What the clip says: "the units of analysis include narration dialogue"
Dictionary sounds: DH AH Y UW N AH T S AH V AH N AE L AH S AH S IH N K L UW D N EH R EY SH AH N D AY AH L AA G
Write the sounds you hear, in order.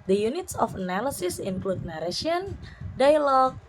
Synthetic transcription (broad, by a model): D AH Y UW N AH T S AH F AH N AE L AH S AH S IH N K L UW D N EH R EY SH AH N D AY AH L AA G